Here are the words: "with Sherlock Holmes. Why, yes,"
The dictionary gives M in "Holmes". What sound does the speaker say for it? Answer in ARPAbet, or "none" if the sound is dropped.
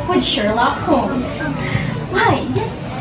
none